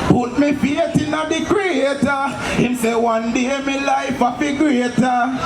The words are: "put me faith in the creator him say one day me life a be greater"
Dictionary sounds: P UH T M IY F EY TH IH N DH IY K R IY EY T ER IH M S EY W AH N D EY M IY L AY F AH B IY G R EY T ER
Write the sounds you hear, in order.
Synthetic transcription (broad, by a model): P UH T M IY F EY T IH N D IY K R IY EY T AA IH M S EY W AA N D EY M IY L AY F AH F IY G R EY T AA